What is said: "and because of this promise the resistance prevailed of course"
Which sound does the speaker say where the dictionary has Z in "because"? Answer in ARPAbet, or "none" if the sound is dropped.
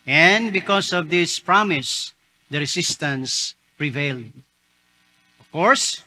S